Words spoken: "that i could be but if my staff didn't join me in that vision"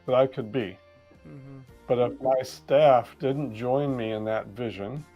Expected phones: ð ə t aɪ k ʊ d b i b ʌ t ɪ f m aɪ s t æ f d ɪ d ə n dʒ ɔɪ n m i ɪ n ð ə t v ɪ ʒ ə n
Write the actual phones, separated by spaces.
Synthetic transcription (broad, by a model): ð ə t aɪ k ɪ d b i b ʌ t ɪ f m aɪ s t æ f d ɪ d n dʒ ɔɪ n m i ɪ n ð ə t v ɪ ʒ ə n